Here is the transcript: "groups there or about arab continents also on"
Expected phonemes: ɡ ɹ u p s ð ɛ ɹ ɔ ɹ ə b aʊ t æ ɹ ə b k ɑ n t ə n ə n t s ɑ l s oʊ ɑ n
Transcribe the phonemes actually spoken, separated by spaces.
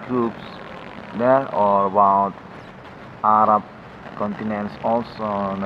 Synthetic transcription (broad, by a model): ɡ ɹ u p s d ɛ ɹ ɔ ɹ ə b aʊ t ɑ ɹ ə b k ɑ n t ə n ə n t s ɑ l s oʊ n